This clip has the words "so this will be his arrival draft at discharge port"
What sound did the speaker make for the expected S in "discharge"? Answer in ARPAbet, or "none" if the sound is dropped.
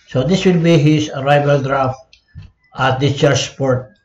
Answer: none